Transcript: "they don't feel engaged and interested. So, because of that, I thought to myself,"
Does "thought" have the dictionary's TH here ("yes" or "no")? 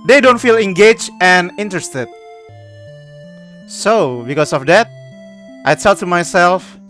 no